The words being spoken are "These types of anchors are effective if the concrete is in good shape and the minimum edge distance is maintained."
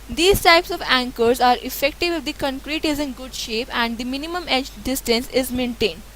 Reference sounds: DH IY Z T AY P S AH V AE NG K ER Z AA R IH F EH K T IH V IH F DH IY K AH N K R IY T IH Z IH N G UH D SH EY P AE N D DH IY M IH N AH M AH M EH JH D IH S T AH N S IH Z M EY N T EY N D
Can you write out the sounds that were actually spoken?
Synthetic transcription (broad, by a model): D IY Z T AY P S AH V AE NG K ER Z AA R IH F EH K T IH V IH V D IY K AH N K R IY T IH Z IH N G UH D SH EY P AE N D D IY M IH N AH M AH M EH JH D IH S T AH N S IH Z M EY N T EY N D